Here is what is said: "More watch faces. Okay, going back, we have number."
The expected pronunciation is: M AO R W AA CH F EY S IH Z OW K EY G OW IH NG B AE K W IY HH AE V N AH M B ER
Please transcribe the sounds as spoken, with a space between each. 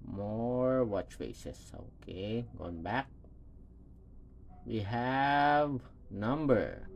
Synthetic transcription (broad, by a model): M AO R W AA CH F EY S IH S OW K EY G OW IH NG B AE K W IY HH AE V N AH M B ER